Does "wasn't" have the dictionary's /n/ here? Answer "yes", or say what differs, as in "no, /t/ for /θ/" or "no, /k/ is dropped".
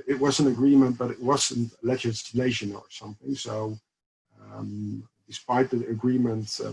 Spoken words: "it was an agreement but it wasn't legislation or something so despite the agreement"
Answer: yes